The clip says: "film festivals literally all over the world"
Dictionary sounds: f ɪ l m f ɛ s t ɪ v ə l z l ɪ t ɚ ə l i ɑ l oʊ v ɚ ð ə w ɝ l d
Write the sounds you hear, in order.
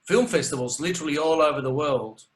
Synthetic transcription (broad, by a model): f ɪ l m f ɛ s t ɪ v ə l z l ɪ t ɚ ə l i ɑ l oʊ v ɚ ð ə w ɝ l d